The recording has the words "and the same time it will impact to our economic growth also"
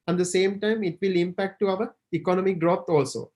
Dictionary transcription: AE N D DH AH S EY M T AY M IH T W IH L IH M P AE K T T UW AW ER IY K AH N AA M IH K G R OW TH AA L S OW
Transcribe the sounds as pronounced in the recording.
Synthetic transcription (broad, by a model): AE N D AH S EY M T AY M IH T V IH L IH M P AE K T T UW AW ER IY K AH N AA M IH K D R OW T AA L S OW